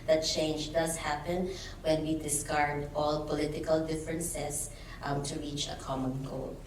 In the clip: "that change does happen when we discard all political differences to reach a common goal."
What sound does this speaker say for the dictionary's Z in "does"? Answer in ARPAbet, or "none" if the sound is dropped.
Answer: S